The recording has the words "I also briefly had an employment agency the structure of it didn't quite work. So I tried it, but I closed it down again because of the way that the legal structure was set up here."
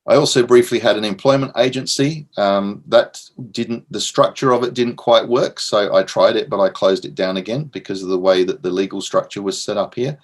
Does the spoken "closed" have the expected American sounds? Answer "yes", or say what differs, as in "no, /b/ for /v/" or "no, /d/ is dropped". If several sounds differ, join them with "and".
yes